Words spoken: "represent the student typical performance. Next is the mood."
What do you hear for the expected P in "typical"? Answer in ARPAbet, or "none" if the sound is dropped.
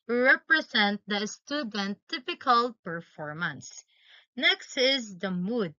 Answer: P